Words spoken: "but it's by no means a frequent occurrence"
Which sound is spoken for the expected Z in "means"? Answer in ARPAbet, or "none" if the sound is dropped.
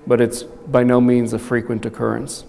Z